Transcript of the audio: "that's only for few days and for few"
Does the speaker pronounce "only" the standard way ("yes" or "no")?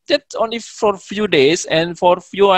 yes